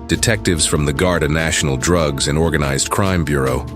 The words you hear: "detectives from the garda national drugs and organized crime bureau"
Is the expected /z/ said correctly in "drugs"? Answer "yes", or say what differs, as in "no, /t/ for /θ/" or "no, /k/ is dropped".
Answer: yes